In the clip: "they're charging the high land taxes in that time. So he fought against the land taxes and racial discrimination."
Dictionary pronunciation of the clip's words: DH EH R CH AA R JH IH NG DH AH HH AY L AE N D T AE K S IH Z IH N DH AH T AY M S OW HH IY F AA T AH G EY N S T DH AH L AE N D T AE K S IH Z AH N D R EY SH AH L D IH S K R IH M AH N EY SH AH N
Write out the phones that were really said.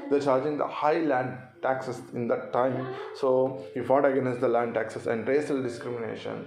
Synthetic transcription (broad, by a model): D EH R CH AA R JH IH NG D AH HH AY L AE N D T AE K S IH S IH N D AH T AY M S OW HH IY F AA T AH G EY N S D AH L AE N D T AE K S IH S AH N D R EY S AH L D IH S K R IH M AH N EY SH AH N